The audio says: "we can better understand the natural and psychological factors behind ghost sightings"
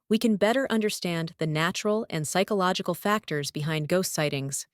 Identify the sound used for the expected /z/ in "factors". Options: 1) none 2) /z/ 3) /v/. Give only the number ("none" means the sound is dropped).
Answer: 2